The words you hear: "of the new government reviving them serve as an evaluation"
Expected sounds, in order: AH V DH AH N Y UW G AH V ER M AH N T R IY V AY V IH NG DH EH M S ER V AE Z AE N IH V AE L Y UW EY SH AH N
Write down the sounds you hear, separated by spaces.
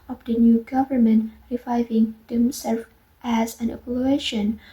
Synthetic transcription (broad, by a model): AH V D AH N Y UW G AH V ER M AH N T R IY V AY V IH NG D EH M S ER F AE Z AE N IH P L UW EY SH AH N